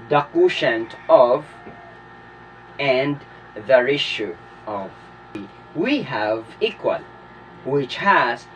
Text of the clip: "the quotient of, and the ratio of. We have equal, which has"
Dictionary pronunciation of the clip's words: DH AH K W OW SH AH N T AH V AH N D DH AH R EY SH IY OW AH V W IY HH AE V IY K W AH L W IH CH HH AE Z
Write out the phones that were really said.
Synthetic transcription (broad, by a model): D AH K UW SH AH N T AH V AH N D DH AH R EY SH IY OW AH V W IY HH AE V IY K W AH L W IH CH HH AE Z